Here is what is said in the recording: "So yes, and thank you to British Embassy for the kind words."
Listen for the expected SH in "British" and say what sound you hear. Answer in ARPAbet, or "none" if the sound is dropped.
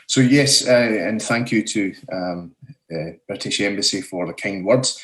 SH